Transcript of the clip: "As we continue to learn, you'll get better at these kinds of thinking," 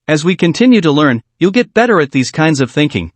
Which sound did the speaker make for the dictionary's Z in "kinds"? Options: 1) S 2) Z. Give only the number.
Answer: 2